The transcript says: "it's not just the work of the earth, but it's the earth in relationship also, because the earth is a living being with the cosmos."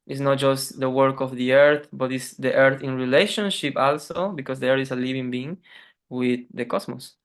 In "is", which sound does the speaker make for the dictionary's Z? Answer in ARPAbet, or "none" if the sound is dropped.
S